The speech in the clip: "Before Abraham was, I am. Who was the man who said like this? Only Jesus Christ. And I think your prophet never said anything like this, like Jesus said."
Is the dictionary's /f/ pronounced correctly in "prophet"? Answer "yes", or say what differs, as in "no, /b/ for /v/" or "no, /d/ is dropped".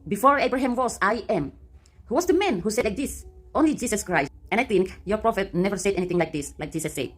yes